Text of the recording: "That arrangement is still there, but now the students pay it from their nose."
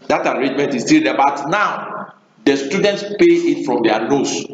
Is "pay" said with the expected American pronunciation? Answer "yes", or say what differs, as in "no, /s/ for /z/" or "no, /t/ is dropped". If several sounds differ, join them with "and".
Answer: yes